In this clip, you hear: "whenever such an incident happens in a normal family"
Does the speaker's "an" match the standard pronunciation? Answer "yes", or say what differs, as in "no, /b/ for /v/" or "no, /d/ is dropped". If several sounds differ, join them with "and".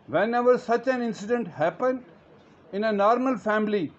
yes